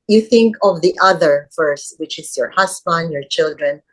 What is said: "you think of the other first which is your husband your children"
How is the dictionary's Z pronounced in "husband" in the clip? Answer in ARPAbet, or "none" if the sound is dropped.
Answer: S